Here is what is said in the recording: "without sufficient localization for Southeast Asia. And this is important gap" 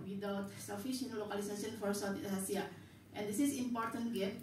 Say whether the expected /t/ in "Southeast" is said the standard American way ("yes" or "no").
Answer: no